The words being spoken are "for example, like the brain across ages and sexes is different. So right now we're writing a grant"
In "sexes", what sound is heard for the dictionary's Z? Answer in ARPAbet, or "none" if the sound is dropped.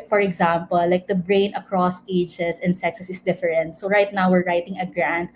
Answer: S